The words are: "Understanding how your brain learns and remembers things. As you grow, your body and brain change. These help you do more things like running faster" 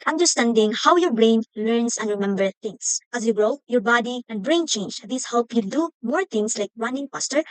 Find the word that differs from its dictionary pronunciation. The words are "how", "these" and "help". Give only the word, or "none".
these